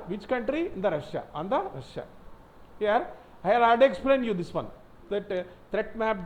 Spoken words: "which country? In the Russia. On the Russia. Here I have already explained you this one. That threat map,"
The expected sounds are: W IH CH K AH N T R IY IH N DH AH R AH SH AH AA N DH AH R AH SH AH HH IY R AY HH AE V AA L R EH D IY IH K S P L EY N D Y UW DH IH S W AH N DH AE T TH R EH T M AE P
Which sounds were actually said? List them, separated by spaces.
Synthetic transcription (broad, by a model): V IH CH K AH N T R IY IH N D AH R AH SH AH AA N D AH R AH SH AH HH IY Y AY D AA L AA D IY K S P L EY N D Y UW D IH S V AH N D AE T T R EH T M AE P